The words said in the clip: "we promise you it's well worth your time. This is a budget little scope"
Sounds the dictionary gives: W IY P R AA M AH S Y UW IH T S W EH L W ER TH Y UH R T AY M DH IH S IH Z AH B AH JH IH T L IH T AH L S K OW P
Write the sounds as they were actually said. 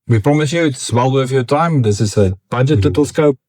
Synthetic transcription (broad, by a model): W IY P R AA M AH S Y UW IH T S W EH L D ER F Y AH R T AY M DH IH S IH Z AH B AH JH IH T L IH T AH L S K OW P